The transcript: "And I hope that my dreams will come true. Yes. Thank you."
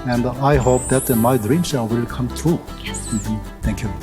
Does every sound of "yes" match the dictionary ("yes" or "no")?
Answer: no